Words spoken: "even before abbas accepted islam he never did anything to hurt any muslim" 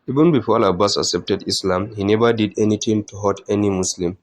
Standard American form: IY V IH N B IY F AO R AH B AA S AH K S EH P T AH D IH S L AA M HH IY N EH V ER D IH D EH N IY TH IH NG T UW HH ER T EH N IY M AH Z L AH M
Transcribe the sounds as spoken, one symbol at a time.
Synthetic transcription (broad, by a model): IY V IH N B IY F AO L AH B AA S AH K S EH P T AH D IH S L AA M HH IY N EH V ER D IH D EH N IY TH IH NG T UW HH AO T EH N IY M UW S L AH M